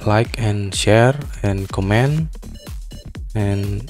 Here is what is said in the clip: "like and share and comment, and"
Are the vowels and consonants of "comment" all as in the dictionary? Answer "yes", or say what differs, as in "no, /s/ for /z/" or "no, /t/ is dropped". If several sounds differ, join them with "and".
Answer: no, /t/ is dropped